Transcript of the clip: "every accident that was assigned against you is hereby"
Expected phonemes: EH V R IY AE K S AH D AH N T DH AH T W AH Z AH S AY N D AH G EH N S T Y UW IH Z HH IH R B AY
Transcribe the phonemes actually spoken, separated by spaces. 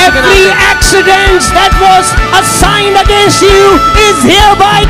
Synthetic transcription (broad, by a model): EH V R IY AE K S AH D AH N T DH AH T W AH Z AH S AY N D AH G EH N S T Y UW IH Z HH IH B AY